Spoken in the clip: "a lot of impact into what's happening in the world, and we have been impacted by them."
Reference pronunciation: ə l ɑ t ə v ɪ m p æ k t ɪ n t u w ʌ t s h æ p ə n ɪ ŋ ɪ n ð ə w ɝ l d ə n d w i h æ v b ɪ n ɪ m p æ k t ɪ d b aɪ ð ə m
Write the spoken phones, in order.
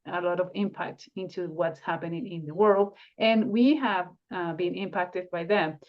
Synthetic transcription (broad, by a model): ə l ɑ t ə v ɪ m p æ k t ɪ n t u w ʌ t s h æ p ə n ɪ ŋ ɪ n ð ə w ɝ l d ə n w i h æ v b ɪ n ɪ m p æ k t ɪ d b aɪ ð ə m